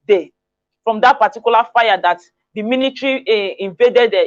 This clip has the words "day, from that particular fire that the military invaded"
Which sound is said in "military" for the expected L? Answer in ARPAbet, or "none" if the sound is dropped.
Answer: N